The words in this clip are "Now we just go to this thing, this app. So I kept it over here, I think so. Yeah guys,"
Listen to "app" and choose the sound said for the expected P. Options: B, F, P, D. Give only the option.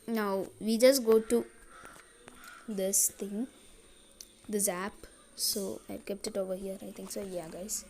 P